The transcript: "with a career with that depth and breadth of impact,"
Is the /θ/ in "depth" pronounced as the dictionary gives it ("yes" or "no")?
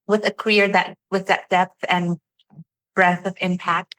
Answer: yes